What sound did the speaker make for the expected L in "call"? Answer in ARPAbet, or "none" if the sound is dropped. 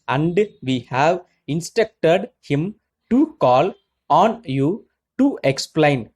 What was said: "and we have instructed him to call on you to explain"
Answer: L